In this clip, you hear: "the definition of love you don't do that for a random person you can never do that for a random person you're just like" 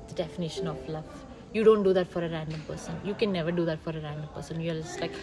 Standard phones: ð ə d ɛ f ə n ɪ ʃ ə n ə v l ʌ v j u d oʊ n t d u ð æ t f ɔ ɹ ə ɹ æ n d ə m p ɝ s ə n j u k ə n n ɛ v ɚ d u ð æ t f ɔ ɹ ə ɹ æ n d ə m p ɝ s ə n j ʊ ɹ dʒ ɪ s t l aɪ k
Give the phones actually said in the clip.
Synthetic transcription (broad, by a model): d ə d ɛ f ə n ɪ ʃ ə n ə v l ʌ v j u d oʊ n t d u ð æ t f ɔ ɹ ə ɹ æ n d ə m p ɝ s ə n j u k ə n n ɛ v ɚ d u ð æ t f ɔ ɹ ə ɹ æ n d ə m p ɝ s ə n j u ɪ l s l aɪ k